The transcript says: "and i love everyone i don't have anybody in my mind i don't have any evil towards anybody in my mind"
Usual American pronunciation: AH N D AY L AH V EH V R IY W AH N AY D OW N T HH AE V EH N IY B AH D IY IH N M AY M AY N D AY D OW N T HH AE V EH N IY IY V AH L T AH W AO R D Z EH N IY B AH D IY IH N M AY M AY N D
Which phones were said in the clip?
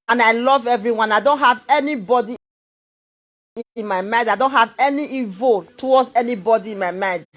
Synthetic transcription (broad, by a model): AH N AY L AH V EH V R IY W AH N AY D OW N T HH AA V EH N IY B AH D IY IH N M AY M AY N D AY D OW N T HH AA V EH N IY IY V AH L T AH W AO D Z EH N IY B AH D IY IH N M AY M AY N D